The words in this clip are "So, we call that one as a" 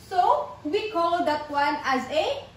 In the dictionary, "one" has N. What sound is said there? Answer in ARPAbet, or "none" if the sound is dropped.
N